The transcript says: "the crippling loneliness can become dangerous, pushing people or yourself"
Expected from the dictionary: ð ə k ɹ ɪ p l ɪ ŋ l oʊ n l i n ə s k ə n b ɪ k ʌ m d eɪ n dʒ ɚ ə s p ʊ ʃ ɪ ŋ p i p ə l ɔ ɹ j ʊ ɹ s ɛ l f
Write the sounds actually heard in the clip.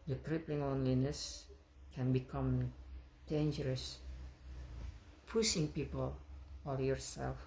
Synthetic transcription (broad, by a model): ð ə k ɹ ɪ p l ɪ ŋ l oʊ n l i n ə s k ə n b ɪ k ʌ m d eɪ n dʒ ɚ ə s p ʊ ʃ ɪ ŋ p i p ə l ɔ l j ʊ ɹ s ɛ l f